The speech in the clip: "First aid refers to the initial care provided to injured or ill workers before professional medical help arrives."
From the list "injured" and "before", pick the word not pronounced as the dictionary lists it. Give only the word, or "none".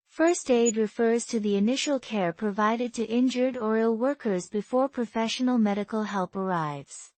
none